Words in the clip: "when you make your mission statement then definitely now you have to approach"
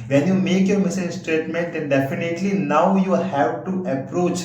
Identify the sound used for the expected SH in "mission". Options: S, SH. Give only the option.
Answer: S